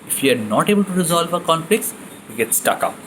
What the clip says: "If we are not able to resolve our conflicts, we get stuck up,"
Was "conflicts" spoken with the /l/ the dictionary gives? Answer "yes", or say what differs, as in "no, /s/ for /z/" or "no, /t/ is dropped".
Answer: yes